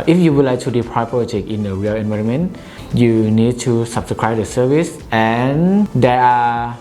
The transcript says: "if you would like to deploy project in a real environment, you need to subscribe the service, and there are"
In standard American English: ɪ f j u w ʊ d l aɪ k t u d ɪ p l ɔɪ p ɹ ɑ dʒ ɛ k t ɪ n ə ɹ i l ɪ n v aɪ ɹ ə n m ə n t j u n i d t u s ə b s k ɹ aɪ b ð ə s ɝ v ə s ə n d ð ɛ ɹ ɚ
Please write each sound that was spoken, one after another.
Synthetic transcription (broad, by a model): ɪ f j u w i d l aɪ k t u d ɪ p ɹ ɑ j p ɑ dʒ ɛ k ɪ n ə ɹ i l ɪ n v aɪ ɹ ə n m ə n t j u n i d t u s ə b s k ɹ aɪ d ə s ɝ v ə s ə n d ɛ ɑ